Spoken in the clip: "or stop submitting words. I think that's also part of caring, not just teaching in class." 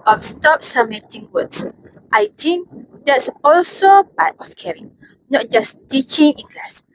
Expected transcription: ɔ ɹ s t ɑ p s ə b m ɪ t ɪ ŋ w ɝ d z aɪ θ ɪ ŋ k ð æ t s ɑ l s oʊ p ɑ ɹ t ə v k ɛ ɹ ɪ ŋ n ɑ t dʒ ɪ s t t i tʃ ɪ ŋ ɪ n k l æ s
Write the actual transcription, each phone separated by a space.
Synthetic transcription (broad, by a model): ɔ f s t ɑ p s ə m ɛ t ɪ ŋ w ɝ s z aɪ t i ŋ k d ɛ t s ɑ l s oʊ b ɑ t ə f k ɛ ɹ ɪ ŋ n ɑ t dʒ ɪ s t t i tʃ ɪ ŋ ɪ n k l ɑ s